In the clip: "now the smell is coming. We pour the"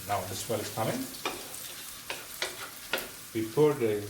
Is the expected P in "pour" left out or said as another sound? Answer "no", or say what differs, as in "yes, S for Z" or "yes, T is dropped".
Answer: yes, F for P